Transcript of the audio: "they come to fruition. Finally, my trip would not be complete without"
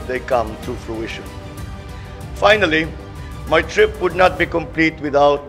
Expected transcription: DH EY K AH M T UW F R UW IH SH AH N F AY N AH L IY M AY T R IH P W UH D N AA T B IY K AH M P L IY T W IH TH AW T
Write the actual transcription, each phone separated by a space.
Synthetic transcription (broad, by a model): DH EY K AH M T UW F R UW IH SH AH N F AY N AH L IY M AY T R IH P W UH D N AA T B IY K AH M P L IY T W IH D AW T